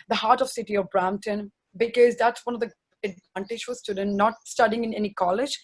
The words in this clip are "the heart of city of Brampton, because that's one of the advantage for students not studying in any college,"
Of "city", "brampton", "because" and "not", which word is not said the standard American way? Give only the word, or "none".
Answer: brampton